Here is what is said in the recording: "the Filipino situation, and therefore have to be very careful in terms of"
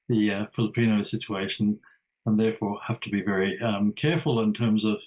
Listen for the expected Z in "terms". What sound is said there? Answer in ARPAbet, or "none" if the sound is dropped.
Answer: Z